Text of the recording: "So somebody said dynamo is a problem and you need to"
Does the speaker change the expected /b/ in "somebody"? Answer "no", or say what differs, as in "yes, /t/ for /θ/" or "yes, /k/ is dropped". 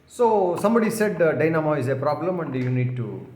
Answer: no